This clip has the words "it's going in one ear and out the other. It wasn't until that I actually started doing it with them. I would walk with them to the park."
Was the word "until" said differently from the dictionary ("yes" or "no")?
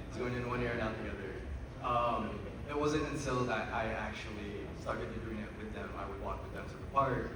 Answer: yes